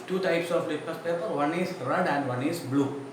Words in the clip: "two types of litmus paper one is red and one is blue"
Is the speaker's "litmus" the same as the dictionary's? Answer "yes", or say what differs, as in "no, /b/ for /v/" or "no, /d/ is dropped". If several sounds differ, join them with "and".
no, /m/ is dropped